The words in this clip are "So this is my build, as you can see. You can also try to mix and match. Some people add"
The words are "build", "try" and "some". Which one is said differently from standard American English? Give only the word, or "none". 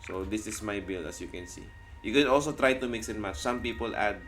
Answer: build